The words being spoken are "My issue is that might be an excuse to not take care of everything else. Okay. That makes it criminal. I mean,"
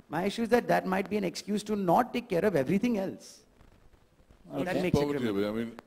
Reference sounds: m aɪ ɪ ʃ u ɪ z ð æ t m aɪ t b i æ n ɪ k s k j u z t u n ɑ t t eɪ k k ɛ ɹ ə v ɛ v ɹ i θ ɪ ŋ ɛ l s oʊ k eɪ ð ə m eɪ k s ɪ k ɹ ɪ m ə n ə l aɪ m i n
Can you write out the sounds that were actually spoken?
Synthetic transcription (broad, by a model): m aɪ ɪ ʃ u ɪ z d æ t m aɪ t b i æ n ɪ k s k j u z t u n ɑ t t eɪ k k ɛ ɹ ə v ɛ v ɹ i t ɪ ŋ ɛ l s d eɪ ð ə m eɪ k s ɪ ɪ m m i n